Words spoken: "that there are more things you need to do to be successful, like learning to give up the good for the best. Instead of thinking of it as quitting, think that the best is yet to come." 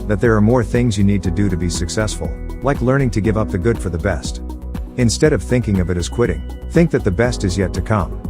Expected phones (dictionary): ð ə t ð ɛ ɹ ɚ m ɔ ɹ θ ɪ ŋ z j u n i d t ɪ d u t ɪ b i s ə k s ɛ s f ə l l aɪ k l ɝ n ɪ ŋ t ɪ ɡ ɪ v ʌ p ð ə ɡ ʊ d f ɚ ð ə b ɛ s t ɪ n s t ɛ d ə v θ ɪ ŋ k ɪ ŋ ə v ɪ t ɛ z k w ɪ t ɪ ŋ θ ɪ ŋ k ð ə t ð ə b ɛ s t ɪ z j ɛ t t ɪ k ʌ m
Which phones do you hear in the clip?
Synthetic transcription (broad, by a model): ð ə t ð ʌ ɹ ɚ m ɔ ɹ θ ɪ ŋ z j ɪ n i d t ɪ d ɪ t ɪ b i s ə k s ɛ s f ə l l aɪ k l ɝ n ɪ ŋ t ɪ ɡ ɪ v ʌ p ð ə ɡ ʊ d f ɚ ð ə b ɛ s t ɪ n s t ɛ d ə v θ ɪ ŋ k ɪ ŋ ə v ɪ t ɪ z k w ɪ t ɪ ŋ θ ɪ ŋ k ð ə t ð ə b ɛ s t ɪ z j ɛ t t ɪ k ʌ m